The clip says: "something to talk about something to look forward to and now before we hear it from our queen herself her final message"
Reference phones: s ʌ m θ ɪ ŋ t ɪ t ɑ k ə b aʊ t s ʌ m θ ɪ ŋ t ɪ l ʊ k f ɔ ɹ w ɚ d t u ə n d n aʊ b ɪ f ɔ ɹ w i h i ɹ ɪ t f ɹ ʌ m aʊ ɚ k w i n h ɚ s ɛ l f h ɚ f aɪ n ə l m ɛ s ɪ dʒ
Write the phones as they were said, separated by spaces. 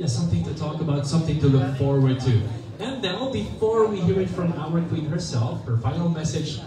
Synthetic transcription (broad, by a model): s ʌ m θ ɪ ŋ t ɪ t ɑ k ə b aʊ t s ʌ m θ ɪ ŋ t ɪ l ʊ k f ɔ ɹ w ɚ d t u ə n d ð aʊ b ɪ f ɔ ɹ w i h i ɹ ɪ t f ɹ ʌ m aʊ ɚ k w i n h ɚ s ɛ l f h ɚ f aɪ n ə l m ɛ s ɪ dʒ